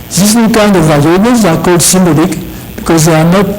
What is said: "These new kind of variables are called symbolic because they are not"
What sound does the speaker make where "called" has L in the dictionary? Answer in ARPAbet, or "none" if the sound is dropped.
none